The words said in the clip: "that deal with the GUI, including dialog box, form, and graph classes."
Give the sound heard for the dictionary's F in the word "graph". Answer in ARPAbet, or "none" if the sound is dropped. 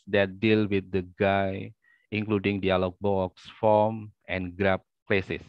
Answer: P